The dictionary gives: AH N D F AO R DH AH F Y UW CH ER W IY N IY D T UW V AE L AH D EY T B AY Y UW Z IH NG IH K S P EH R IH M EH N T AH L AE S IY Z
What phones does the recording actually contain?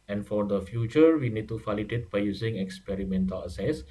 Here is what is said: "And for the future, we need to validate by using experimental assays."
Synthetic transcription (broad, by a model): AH N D F AO R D AH F Y UW CH ER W IY N IY D T UW F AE L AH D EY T B AY Y UW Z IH NG IH K S P EH R IH M EH N T AH L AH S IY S